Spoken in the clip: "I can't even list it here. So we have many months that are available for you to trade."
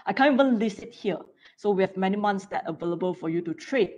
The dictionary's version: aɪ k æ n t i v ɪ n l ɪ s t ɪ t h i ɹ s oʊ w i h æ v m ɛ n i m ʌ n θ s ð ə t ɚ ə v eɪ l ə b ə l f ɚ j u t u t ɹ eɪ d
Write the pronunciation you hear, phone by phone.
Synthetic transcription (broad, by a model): aɪ k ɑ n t i v ɪ n l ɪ s ɪ t h i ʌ s oʊ w i h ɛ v m ɛ n i m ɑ n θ s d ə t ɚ ə v eɪ l ə b ə l f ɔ j u t u t ɹ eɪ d